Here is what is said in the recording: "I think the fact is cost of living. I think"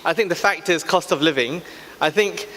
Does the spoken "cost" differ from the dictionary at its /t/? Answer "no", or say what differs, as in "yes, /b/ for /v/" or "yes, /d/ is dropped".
no